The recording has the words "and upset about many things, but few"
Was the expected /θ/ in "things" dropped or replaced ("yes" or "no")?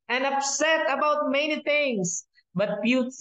yes